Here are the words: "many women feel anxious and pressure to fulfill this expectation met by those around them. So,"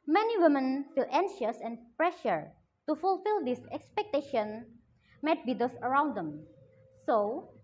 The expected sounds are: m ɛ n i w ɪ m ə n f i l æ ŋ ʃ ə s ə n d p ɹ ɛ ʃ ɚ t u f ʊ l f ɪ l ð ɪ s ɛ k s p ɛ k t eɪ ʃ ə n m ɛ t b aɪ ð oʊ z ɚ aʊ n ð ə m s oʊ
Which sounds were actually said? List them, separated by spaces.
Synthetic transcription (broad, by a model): m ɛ n i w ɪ m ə n f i l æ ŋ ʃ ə s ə n p ɹ ɛ ʃ ɚ t u f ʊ l f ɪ l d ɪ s ɛ k s p ɛ k t eɪ ʃ ə n m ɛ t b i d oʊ s ɚ aʊ n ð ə m s oʊ